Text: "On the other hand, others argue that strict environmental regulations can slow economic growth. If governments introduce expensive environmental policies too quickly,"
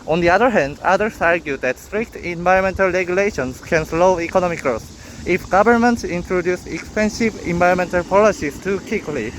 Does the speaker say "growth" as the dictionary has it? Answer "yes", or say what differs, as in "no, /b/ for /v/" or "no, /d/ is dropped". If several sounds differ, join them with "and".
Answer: no, /s/ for /θ/